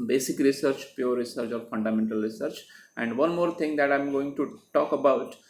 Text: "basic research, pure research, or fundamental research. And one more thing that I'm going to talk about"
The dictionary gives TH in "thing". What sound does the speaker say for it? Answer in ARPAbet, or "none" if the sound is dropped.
T